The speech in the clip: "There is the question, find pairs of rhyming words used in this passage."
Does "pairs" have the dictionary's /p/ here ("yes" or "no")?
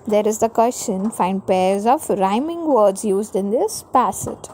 yes